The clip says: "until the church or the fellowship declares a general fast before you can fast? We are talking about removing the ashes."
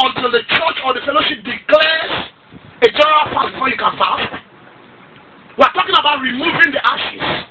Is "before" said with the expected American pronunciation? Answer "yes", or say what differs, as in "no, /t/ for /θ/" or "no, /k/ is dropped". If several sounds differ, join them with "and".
no, /f/ is dropped